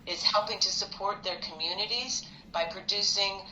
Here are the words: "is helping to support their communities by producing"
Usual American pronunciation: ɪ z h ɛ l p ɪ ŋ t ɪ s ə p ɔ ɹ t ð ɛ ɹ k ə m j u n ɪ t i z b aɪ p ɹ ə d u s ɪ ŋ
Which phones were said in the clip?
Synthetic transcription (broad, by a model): ɪ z h ɛ l p ɪ ŋ t ɪ s ə p ɔ ɹ t ð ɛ ɹ k ə m j u n ɪ t i z b aɪ p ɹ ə d u s ɪ ŋ